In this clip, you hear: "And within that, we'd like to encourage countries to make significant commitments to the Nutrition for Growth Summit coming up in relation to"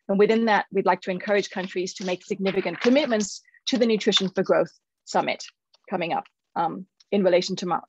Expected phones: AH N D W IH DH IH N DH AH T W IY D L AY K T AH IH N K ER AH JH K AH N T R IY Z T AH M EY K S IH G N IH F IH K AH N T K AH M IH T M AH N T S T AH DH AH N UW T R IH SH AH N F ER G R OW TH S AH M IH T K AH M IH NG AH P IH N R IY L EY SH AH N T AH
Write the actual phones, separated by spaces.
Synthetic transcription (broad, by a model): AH N W IH DH IH N DH AH T W IY D L AY K T AH IH N K ER AH JH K AH N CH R IY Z T AH M EY K S IH G N IH F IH K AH N K AH M IH T M AH N T S T AH DH AH N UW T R IH SH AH N F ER G R OW TH S AH M IH T K AH M IH NG AH P IH N R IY L EY SH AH N T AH